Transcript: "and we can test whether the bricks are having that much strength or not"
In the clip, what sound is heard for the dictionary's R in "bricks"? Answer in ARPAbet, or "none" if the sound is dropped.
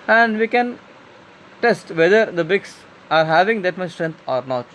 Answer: none